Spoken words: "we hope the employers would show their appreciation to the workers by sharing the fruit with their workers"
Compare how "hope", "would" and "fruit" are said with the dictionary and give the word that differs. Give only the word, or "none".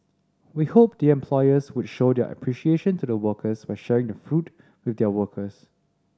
none